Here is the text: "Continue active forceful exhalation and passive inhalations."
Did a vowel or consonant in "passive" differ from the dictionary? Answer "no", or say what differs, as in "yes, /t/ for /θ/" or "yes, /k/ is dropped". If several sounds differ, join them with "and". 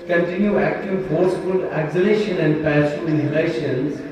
yes, /v/ is dropped